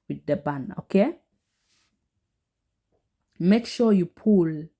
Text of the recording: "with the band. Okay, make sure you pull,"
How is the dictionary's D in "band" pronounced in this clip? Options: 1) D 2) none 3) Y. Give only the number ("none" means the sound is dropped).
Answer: 2